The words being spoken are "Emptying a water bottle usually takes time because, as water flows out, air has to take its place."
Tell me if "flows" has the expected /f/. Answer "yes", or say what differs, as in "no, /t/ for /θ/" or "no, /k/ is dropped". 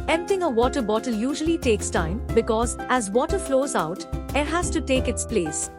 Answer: yes